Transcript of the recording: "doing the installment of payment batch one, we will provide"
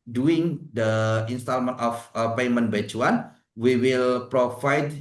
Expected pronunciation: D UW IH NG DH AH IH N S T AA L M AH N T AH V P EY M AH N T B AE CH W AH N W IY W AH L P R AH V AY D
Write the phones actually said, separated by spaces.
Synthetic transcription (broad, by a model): D UW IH NG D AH IH N S T AA L M AH N T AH F P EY M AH N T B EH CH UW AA N W IY W AH L P R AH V AY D